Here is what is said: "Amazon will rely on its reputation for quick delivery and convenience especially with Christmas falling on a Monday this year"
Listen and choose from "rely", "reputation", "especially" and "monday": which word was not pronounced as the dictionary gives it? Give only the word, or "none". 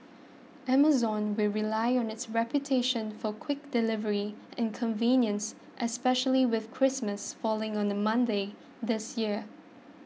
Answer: none